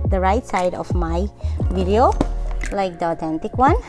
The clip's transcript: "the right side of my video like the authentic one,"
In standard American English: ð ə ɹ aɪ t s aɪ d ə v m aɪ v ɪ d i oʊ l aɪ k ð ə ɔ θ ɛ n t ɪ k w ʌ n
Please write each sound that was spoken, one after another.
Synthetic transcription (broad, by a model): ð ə ɹ aɪ t s aɪ d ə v m aɪ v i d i oʊ l aɪ k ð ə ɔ t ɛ n t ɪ k w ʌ n